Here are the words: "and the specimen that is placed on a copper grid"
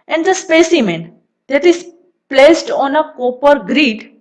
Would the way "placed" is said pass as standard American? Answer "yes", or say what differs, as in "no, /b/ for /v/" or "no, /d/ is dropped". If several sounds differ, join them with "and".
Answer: yes